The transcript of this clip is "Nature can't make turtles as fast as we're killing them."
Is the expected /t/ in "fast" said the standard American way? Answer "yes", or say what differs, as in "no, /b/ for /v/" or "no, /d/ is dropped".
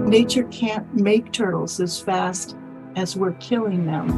yes